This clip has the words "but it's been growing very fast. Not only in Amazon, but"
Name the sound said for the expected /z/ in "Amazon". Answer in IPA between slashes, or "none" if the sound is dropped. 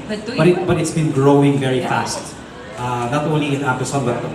/s/